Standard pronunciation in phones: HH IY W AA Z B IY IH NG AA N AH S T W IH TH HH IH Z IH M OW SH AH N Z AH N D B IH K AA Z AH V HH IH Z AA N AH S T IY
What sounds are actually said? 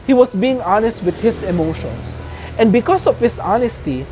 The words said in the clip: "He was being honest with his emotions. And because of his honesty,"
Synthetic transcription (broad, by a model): HH IY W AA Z B IY IH NG AA N AH S T W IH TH HH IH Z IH M OW SH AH N S AH N D B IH K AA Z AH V HH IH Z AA N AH S T IY